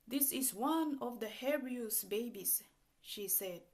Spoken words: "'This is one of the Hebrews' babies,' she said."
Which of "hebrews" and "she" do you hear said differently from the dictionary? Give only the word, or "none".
hebrews